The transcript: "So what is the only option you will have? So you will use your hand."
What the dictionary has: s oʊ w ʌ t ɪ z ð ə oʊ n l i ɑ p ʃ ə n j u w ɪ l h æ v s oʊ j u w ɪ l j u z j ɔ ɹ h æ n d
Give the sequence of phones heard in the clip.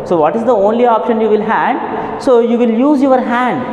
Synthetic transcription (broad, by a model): s oʊ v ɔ t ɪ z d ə oʊ n l i ɑ p ʃ ə n j u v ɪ l h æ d s oʊ j u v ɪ l j u z j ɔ ɹ h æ n d